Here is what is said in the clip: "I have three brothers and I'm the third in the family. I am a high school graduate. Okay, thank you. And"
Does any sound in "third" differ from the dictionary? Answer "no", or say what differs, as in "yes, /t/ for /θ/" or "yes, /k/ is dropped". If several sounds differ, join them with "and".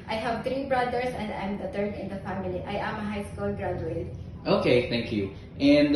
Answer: yes, /t/ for /θ/